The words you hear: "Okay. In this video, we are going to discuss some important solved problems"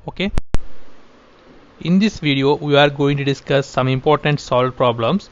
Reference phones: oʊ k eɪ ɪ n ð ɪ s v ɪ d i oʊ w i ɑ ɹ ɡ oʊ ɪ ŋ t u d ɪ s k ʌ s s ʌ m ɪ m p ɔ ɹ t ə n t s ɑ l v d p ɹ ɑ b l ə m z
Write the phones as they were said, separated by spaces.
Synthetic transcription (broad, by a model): oʊ k eɪ ɪ n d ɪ s v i d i oʊ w i ɑ ɹ ɡ oʊ ɪ ŋ t u d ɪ s k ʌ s s ʌ m ɪ m p ɔ ɹ t ə n t s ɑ l d p ɹ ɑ b l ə m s